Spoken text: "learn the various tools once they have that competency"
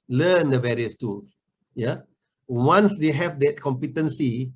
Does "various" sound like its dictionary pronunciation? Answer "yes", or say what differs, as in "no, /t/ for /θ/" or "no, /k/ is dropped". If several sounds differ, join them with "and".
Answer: yes